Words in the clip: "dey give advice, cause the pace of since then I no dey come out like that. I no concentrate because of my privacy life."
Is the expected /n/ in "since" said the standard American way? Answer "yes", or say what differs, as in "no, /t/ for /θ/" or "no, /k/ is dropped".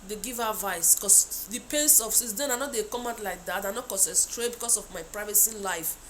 no, /n/ is dropped